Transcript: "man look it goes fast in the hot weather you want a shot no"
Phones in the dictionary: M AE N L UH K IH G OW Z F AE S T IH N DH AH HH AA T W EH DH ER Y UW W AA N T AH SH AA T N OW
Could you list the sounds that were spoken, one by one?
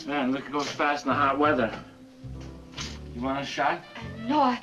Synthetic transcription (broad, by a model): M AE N L UH K G OW Z F AE S T N DH AH HH AA T W EH DH ER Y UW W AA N AH SH AA T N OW